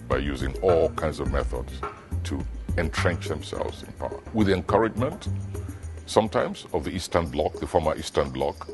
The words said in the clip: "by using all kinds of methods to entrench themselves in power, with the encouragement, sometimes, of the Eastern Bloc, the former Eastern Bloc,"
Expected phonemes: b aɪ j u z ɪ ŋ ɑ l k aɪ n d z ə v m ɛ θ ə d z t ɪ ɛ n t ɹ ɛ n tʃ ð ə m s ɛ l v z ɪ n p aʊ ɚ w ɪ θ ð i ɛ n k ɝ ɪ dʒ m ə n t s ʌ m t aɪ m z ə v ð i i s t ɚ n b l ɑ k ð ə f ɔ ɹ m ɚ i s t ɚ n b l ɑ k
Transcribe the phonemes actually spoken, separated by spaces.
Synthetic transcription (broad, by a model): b aɪ j u z ɪ ŋ ɑ l k aɪ n d z ə v m ɛ θ ə d z t ɪ ɛ n t ɹ ɛ n tʃ ð ə m s ɛ l v z ɪ n p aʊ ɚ w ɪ ð i ɛ n k ɝ ɪ dʒ m ə n t s ʌ m t aɪ m z ə v ð i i s t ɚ n b l ɑ k ð ə f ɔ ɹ m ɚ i s t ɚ n b l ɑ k